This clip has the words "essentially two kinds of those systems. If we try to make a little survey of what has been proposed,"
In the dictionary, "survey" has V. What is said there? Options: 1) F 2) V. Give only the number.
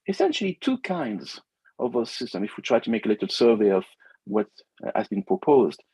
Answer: 2